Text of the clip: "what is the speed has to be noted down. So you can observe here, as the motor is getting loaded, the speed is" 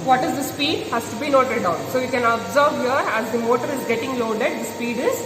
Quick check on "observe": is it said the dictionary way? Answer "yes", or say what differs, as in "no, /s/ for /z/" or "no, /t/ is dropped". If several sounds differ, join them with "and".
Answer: yes